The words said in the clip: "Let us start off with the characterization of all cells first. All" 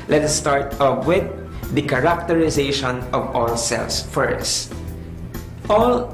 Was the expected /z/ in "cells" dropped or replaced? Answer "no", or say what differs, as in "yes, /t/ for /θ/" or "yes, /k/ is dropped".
yes, /s/ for /z/